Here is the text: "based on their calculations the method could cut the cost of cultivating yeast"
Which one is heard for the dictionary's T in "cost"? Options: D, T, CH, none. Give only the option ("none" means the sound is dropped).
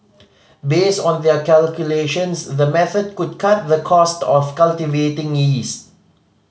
T